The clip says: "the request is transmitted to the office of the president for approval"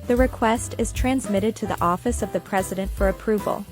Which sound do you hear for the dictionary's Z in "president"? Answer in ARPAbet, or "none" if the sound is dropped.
Z